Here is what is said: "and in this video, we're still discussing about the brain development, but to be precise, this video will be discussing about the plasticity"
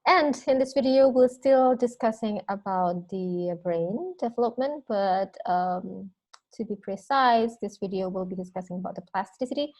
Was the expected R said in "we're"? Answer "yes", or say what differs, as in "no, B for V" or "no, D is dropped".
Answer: no, L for R